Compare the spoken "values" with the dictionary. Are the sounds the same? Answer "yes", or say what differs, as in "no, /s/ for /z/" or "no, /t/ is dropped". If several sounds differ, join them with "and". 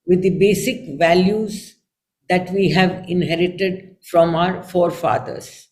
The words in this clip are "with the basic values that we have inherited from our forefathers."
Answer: yes